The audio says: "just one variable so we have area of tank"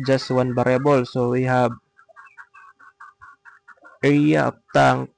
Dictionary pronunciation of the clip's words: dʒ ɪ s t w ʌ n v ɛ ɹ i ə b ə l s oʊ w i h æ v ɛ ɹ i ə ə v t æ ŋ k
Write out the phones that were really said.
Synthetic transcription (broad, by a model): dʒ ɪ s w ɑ n b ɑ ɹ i b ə l s oʊ w i h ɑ b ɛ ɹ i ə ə p t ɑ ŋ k